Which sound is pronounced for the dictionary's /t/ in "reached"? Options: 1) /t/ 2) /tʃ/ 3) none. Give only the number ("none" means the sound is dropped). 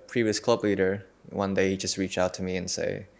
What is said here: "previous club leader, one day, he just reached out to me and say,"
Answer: 3